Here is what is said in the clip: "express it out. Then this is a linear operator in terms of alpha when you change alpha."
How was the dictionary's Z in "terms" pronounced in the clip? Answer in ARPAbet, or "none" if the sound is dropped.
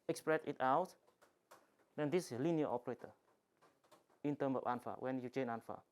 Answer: S